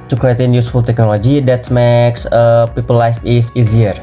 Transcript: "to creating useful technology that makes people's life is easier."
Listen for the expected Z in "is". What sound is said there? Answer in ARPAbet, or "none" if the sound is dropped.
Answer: S